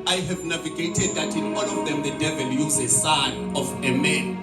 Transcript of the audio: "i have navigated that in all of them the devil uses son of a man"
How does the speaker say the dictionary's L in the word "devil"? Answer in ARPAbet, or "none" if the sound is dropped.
L